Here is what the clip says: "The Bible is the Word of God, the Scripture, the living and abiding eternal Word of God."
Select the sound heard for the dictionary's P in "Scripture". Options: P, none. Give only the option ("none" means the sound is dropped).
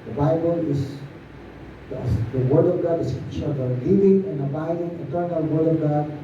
none